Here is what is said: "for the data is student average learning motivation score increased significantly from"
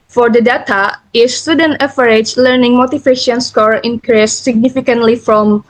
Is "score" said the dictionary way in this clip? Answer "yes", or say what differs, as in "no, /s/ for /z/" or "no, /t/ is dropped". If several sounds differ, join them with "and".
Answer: yes